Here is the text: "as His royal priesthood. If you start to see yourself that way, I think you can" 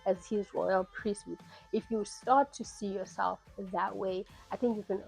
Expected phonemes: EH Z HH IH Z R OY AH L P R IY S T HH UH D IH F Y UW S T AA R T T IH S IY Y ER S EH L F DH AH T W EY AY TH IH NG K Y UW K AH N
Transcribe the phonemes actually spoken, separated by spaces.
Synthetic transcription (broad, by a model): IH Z HH IH Z R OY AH L P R IY S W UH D IH F Y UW S T AA R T T IH S IY Y ER S EH L F DH AH T W EY AY TH IH NG K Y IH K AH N